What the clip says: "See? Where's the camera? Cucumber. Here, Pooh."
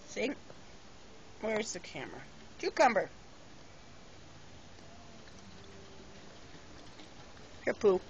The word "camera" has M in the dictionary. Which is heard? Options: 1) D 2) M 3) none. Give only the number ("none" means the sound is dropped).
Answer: 2